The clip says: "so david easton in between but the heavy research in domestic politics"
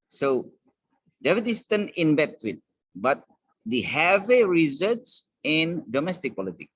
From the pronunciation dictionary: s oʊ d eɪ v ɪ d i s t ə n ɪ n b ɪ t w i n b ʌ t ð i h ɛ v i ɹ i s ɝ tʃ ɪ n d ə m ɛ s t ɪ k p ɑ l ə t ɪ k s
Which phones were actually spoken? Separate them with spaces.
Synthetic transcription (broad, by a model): s oʊ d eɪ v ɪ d i s t ə n ɪ n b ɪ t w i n b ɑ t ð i h ɛ v i ɹ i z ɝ s ɪ n d ə m ɛ s t ɪ k p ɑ l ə t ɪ k